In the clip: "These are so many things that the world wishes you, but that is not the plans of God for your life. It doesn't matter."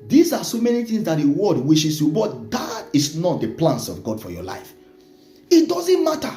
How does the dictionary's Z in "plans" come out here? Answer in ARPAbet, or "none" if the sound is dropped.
S